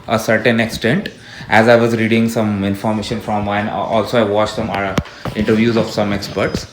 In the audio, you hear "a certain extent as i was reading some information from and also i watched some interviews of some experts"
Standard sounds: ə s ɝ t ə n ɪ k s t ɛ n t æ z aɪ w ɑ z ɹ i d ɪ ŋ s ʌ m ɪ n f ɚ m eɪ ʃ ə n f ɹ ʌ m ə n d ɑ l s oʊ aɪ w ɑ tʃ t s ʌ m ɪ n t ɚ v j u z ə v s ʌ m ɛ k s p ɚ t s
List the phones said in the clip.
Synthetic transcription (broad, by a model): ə s ɝ t ə n ɪ k s t ɛ n t æ z aɪ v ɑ z ɹ i d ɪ ŋ s ʌ m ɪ n f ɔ m eɪ ʃ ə n f ɹ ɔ m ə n ɑ l s oʊ aɪ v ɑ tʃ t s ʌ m ɪ n t ɚ v j u z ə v s ʌ m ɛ k s p ɚ t s